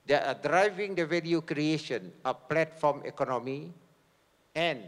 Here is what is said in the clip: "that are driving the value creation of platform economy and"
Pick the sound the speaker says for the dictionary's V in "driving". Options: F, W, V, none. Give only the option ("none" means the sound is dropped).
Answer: V